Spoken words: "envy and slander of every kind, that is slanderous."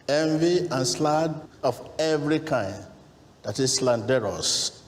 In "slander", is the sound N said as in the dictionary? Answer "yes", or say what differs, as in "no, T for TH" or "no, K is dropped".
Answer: no, N is dropped